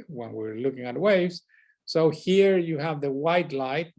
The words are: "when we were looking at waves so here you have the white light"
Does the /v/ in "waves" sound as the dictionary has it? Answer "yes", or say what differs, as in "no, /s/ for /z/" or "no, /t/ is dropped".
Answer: yes